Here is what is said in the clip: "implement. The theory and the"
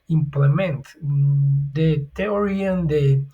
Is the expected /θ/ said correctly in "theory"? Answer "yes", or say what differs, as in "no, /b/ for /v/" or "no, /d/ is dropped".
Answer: no, /t/ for /θ/